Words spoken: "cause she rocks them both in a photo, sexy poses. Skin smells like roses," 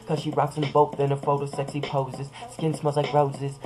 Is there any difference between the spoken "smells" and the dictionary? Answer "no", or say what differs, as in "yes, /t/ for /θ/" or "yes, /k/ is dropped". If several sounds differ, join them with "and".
yes, /l/ is dropped